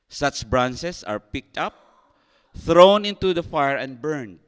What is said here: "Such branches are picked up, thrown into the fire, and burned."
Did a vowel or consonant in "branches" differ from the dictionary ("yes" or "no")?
yes